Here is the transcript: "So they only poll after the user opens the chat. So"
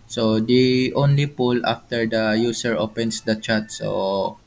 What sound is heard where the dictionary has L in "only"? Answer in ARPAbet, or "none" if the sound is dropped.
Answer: L